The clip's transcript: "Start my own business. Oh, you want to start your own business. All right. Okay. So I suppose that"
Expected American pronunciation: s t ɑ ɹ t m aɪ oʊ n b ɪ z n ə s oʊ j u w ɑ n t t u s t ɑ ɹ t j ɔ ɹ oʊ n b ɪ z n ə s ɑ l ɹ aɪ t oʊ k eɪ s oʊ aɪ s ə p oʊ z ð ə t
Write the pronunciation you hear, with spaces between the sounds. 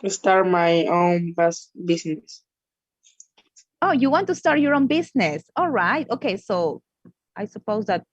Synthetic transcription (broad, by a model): s t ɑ ɹ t m aɪ oʊ n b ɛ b n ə s oʊ j u w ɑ n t t u s t ɑ ɹ t j ɔ ɹ oʊ n b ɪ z n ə s ɑ l ɹ aɪ t oʊ k eɪ s oʊ aɪ s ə p oʊ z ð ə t